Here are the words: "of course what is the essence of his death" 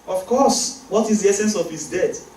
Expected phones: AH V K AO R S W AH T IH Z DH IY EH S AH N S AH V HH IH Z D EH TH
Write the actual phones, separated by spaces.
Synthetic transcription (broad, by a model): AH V K AO S W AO T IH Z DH IY EH S AH N S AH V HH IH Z D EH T